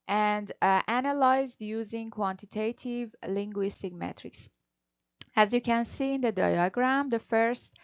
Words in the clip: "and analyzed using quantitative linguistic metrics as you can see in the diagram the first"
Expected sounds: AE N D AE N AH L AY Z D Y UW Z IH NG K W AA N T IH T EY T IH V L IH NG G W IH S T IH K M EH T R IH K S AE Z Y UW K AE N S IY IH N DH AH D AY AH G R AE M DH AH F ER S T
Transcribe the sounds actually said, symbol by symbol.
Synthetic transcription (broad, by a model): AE N D AE N AH L AY Z D Y UW Z IH NG K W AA N T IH T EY T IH V L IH NG G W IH S T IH K M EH T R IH K S AE Z Y UW K AE N S IY IH N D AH D AY AH G R AE M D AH F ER S T